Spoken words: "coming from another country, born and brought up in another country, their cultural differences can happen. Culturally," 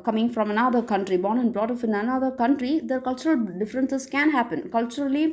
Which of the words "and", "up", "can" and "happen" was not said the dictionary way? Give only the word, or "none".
up